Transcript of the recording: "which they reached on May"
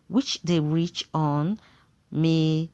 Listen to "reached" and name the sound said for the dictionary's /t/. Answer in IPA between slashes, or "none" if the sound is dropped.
none